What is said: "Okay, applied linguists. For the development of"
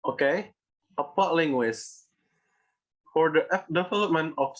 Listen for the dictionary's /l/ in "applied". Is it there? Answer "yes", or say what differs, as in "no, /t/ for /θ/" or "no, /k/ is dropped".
no, /l/ is dropped